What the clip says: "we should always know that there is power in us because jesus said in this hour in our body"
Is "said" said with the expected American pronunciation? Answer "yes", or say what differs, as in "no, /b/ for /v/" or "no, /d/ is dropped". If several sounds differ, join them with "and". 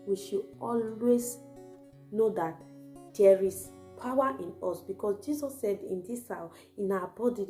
yes